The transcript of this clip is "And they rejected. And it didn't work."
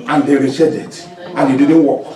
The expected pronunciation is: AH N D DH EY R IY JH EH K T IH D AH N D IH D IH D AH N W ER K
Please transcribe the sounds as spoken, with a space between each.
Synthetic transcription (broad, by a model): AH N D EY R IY CH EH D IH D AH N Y IH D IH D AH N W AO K